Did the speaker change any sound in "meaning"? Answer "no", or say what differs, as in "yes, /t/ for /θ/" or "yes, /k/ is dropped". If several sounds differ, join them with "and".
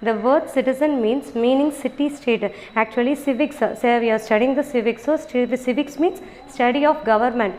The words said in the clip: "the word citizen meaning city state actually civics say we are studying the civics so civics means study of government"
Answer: no